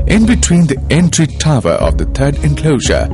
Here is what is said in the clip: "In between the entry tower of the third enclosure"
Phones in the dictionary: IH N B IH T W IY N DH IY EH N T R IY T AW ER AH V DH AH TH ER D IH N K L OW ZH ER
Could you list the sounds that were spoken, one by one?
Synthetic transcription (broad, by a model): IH N B IH T W IY N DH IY EH N T R IY T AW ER AH V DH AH T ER D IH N K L OW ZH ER